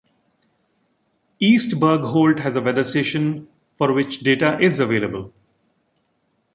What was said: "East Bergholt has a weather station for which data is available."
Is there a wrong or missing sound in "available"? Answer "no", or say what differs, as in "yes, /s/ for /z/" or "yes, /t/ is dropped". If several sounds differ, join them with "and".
no